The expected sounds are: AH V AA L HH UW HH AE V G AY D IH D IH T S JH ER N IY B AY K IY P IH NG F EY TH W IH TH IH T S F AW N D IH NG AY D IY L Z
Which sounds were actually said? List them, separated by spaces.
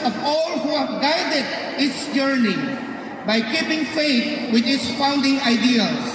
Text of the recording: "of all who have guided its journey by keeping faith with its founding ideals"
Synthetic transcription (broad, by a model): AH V AA L HH UW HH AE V G AY D IH D IH T S JH ER N IY B AY K IY P IH NG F EY T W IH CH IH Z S F AW N D IH NG AY D IY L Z